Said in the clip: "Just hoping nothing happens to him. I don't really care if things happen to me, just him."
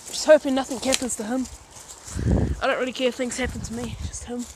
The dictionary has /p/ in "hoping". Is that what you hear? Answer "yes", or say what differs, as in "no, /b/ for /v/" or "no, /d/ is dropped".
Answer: no, /f/ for /p/